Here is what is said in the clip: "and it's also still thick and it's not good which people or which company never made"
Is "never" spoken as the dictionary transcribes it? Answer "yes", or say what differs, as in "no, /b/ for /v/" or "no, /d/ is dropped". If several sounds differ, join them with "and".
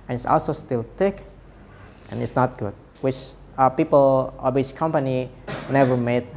yes